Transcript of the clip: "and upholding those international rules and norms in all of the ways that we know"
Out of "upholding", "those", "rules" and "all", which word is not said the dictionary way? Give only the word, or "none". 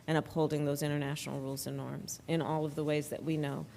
none